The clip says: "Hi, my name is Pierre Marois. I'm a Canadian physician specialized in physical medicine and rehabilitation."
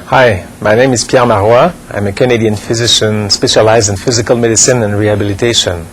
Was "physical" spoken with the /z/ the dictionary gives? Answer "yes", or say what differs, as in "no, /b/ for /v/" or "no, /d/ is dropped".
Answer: yes